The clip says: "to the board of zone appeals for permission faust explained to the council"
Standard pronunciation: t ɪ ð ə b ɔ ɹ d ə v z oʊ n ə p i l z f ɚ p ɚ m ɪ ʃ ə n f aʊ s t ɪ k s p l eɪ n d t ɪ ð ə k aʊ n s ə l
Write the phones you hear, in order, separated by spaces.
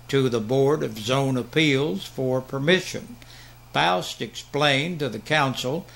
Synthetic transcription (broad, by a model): t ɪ ð ə b ɔ ɹ d ə v z oʊ n ə p i l z f ɚ p ɚ m ɪ ʃ ə n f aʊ s t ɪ k s p l eɪ n t ɪ ð ə k aʊ n s l